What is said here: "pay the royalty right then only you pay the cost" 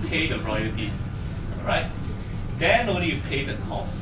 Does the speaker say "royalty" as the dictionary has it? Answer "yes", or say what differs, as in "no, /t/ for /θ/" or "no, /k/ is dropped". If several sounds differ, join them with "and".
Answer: no, /l/ is dropped